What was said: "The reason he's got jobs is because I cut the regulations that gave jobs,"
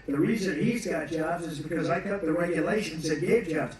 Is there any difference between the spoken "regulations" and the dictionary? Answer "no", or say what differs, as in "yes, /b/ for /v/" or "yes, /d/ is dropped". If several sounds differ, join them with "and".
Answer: no